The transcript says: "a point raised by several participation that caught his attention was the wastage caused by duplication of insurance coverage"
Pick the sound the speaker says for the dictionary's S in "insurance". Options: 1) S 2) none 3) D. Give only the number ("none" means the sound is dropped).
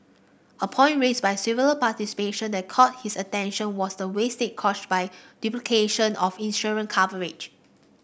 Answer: 2